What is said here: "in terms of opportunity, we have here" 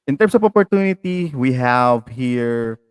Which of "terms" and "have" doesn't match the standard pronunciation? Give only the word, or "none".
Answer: terms